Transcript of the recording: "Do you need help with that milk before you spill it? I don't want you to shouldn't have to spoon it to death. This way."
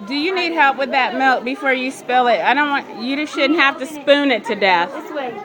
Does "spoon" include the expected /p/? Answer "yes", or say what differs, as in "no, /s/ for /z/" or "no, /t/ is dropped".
yes